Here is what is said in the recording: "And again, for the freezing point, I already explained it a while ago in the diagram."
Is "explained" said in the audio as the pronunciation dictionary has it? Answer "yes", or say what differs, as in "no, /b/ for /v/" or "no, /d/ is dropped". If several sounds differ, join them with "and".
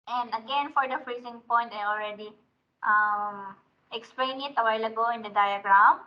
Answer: no, /d/ is dropped